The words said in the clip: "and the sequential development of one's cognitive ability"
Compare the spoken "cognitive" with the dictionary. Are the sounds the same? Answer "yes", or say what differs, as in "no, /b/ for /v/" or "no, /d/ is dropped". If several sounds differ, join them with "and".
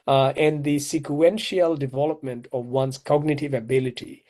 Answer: yes